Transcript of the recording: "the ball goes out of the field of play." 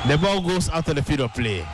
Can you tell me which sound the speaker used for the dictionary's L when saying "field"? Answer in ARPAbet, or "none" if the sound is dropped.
none